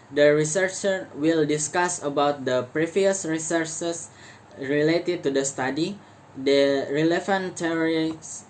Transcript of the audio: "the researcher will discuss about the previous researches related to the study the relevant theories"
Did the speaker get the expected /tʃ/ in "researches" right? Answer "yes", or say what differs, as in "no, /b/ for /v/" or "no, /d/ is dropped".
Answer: no, /s/ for /tʃ/